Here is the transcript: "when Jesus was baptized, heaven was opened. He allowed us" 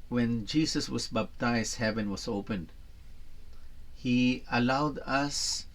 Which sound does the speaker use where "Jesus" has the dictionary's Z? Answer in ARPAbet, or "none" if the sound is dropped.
S